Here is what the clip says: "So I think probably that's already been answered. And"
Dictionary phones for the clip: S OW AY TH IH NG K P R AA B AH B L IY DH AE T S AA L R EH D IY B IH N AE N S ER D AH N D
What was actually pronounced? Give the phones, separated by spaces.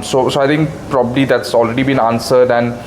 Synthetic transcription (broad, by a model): S OW AY T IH NG K P R AA B AH B L IY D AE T S AA L R EH D IY B IH N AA N S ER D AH N